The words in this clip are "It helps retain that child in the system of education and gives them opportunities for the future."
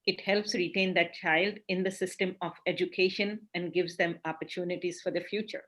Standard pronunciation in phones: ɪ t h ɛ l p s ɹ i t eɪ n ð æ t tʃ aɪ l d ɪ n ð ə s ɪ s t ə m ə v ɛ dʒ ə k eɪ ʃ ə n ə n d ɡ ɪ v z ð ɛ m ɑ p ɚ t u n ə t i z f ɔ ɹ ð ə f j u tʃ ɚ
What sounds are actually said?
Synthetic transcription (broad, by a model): ɪ t h ɛ l p s ɹ i t eɪ n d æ t tʃ aɪ l d ɪ n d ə s ɪ s t ə m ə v ɛ dʒ ə k eɪ ʃ ə n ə n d ɡ ɪ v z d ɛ m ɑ p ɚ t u n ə t i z f ɔ ɹ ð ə f j u tʃ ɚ